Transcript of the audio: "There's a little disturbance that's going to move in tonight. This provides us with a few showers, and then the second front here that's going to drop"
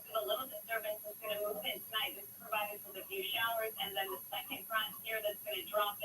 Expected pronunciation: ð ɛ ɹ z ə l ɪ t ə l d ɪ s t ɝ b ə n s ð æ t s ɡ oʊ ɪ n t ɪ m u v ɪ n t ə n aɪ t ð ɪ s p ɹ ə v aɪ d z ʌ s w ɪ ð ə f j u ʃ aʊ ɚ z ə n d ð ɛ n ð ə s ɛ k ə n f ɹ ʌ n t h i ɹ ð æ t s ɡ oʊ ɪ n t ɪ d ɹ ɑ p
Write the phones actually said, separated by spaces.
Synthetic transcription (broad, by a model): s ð ə l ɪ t l d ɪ s t ɝ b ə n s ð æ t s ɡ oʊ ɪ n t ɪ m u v ɪ n t ə n aɪ t ð ɪ s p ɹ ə v aɪ d ɪ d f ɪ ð ə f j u ʃ aʊ ɚ z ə n ð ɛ n ð ə s ɛ k ə n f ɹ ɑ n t h i ɹ ð æ t s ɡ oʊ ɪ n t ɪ d ɹ ɑ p